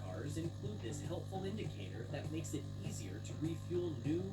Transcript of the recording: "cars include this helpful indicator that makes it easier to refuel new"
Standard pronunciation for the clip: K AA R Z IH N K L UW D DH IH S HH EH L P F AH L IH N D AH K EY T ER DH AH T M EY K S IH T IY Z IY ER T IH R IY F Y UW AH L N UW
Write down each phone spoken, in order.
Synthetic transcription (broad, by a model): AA R Z IH N K L UW D DH IH S HH EH L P F L IH N D AH K EY T ER DH AH T M EY K S IH T IY Z IY ER T IH R IY F Y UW L N UW